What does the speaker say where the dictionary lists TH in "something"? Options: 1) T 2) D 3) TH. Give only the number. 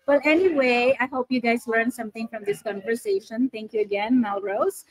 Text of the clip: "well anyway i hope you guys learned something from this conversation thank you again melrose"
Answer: 1